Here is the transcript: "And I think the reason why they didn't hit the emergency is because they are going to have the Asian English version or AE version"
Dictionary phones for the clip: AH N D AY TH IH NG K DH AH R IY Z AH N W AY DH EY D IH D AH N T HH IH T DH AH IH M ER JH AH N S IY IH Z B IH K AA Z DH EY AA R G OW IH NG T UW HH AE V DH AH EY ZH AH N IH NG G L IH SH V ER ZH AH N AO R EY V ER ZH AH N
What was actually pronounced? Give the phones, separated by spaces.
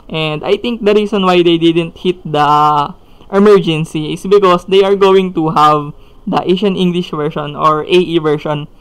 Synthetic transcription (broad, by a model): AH N D AY T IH NG K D AH R IY S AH N W AY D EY D IH D AH N T HH IH T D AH IH M ER JH AH N S IY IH S B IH K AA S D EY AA R G OW IH NG T UW HH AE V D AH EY SH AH N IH NG G L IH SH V ER SH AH N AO R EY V ER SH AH N